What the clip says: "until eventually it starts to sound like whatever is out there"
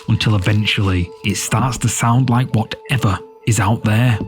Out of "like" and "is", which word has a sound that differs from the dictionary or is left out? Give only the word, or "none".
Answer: none